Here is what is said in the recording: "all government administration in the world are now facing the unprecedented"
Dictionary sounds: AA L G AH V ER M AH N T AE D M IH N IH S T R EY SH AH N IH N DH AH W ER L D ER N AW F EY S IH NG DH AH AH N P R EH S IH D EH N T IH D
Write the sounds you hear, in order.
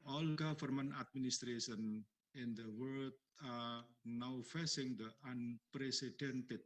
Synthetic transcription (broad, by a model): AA L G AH F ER M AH N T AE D M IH N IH S T R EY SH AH N IH N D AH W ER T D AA N AW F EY S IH NG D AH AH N P R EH S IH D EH N T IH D